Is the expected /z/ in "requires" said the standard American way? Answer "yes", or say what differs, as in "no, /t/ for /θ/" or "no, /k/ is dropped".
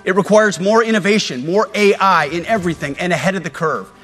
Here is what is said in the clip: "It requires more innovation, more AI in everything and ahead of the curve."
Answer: yes